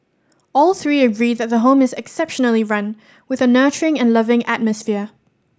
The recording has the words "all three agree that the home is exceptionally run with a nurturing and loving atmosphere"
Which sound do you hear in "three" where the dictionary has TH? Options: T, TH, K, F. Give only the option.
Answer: TH